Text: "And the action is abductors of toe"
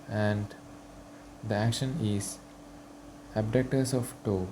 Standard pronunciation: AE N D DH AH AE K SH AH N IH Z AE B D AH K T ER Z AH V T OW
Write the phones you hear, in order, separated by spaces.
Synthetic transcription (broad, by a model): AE N D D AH AE K SH AH N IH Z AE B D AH K T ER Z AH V T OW